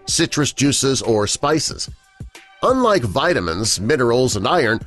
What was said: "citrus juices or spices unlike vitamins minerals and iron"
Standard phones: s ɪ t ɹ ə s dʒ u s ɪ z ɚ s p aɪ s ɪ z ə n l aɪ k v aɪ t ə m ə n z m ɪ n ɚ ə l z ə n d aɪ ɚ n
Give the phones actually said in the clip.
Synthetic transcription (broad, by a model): s ɪ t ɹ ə s dʒ u s ɪ z ɚ s p aɪ s ɪ z ə n l aɪ k v aɪ t ə m ə n z m ɪ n ɚ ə l z ə n d aɪ ɚ n